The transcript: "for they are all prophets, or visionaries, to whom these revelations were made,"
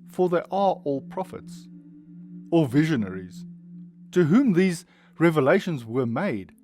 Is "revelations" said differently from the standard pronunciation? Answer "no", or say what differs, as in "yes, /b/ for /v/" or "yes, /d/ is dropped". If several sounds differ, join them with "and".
no